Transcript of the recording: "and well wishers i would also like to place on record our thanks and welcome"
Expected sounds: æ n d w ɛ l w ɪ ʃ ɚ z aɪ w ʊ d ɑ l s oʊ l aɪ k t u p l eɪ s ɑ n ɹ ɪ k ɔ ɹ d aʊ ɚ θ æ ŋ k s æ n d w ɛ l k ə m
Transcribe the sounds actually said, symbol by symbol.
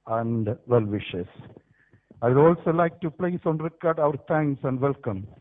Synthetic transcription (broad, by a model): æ n d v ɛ l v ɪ ʃ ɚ s aɪ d ɑ l s oʊ l aɪ k t u p l eɪ s ɑ n ɹ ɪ k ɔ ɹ d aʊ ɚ t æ ŋ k s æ n d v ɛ l k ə m